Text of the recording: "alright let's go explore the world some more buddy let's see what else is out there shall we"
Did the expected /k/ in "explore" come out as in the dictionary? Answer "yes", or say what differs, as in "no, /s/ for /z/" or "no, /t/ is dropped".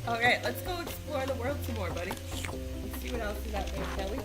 no, /k/ is dropped